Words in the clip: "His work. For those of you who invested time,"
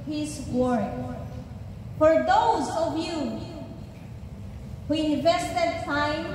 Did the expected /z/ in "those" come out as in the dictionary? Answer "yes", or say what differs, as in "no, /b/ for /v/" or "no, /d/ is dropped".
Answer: yes